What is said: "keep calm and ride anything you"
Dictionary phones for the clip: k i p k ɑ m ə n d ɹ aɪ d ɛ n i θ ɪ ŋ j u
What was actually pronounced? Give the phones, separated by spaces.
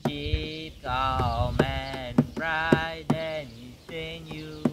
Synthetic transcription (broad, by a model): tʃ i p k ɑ m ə n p ɹ aɪ d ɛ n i s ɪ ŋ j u